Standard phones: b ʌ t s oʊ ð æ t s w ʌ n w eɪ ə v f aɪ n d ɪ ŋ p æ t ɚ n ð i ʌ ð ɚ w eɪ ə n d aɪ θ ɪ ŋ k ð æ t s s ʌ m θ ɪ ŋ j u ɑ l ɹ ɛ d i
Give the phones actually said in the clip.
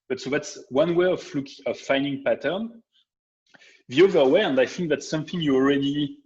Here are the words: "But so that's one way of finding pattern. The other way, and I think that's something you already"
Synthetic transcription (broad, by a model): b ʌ t s oʊ ð æ t s w ʌ n w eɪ ə v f aɪ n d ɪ ŋ p æ t ɚ n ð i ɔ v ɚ w eɪ ə n d aɪ θ ɪ ŋ k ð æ t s s ʌ m θ ɪ ŋ j u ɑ l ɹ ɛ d i